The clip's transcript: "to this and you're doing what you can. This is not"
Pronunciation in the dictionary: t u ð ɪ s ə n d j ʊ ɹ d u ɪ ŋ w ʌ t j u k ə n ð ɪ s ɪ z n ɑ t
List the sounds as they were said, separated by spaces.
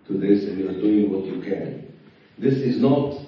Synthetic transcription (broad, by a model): t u ð ɪ s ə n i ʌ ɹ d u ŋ w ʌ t j u k ə n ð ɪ s ɪ z n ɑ t